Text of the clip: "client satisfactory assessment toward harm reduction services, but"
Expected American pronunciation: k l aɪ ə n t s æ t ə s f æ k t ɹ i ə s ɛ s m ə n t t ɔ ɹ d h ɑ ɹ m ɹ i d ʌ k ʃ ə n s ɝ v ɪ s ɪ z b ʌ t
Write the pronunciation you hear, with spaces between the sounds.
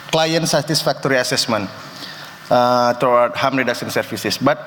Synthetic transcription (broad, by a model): k l aɪ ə n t s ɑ t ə s f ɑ k t ɹ i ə s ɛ s m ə n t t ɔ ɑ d h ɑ m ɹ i d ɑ k s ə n s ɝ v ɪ s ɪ s b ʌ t